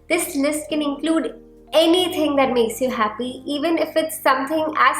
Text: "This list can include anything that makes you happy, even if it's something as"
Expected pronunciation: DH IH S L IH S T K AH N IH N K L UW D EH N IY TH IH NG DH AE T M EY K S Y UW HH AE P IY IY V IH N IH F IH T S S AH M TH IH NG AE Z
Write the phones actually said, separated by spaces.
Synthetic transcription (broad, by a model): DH IH S L IH S T K AH N IH N K L UW D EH N IY T IH NG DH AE T M EY K S Y UW HH AE P IY IY V IH N IH F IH T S S AH M T IH NG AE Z